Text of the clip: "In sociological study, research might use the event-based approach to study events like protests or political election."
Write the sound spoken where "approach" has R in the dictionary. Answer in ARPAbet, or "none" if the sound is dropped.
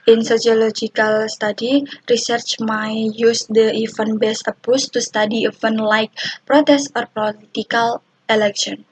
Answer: none